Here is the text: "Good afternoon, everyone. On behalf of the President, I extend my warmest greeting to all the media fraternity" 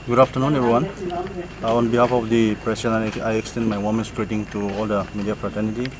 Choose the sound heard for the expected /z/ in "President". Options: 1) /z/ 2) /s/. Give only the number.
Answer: 2